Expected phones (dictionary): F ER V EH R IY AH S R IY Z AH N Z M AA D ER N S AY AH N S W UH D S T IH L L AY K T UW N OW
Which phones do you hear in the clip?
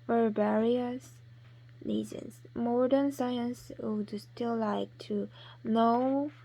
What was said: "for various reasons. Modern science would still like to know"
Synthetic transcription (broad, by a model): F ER B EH R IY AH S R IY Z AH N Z M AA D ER N S AY AH N S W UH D S T IH L L AY K T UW N OW